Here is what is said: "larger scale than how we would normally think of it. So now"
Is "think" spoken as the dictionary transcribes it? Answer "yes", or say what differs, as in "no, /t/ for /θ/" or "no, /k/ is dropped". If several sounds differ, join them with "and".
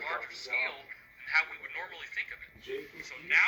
yes